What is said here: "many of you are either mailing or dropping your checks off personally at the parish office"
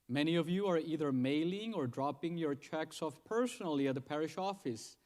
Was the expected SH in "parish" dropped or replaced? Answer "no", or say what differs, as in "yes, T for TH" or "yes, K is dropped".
no